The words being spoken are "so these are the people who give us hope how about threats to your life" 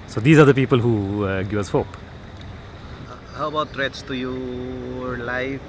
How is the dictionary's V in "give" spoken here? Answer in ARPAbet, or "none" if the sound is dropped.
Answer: none